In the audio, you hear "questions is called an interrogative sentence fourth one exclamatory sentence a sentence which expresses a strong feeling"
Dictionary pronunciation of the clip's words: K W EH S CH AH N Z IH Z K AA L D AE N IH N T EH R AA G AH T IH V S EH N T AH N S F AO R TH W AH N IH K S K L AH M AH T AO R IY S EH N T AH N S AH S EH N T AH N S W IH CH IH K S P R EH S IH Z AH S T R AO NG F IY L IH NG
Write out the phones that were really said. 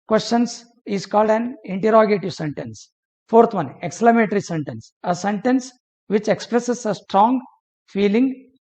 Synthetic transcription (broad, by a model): K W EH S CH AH N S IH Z K AA L D AE N IH N T EH R AA G AH T IH V S EH N T AH N S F AO R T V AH N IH K S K L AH M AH T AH R IY S EH N T AH N S AH S EH N T AH N S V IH CH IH K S P R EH S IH S AH S T R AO NG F IY L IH NG